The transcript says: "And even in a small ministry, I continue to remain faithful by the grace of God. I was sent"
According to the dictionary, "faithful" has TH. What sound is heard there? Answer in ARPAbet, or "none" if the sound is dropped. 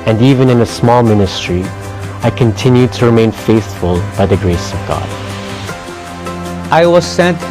TH